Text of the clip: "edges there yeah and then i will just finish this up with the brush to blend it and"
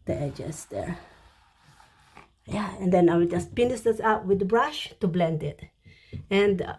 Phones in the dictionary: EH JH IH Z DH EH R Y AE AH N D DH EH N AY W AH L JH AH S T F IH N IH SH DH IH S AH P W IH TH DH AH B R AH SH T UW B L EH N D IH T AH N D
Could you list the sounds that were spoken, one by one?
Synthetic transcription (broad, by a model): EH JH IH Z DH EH R Y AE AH N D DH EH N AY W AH JH AH S T P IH N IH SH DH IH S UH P W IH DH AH B R AH SH T UW B L EH N D IH T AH N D